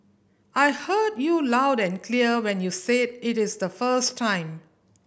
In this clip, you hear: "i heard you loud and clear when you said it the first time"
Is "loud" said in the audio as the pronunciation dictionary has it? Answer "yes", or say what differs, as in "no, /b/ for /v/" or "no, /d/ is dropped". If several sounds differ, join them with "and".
yes